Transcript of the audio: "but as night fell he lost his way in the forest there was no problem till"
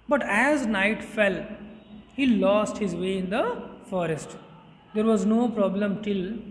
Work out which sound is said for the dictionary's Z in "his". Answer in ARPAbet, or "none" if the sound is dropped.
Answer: Z